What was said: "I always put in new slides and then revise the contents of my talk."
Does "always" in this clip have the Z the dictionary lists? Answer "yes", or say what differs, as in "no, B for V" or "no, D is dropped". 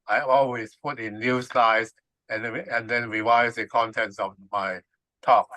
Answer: no, S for Z